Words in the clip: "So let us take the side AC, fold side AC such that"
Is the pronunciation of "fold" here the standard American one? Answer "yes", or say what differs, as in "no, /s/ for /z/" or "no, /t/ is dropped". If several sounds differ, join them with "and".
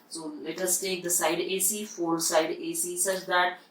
no, /l/ is dropped